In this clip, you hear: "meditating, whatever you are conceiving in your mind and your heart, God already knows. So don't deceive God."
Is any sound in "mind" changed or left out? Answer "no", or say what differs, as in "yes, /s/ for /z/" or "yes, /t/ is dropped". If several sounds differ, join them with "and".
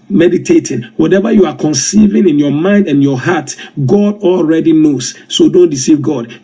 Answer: no